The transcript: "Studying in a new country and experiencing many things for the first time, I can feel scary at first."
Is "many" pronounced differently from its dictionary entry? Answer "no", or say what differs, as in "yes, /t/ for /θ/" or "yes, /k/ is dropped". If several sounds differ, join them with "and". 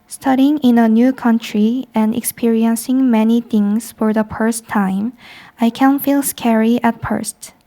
no